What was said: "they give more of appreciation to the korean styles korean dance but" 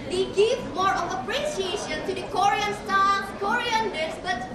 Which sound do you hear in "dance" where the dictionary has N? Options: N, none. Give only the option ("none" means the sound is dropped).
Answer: none